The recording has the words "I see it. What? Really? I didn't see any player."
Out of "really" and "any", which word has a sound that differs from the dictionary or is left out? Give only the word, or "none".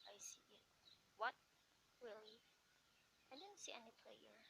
really